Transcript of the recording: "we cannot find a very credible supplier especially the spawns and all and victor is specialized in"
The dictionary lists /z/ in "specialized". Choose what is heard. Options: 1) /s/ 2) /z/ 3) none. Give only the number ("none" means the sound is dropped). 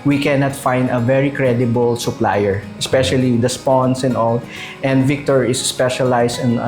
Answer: 1